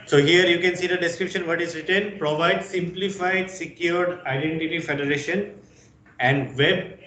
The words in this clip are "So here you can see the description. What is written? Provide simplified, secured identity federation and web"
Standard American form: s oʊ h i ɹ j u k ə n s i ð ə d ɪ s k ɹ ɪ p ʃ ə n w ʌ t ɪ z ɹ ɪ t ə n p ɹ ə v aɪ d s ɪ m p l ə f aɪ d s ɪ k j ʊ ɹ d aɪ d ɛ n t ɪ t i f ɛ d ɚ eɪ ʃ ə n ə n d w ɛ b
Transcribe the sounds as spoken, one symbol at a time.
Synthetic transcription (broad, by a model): s oʊ h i ɹ j u k ə n s i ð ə d ɪ s k ɹ ɪ p ʃ ə n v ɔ t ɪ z ɹ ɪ t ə n p ɹ ə v aɪ d s ɪ m p l ə f aɪ d s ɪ k j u ɹ d aɪ d ɛ n t ɪ t i f ɛ d ɚ eɪ ʃ ə n ə n d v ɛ b